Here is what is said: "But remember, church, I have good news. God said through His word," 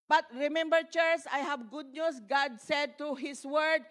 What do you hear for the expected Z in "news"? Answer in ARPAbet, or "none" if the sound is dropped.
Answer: S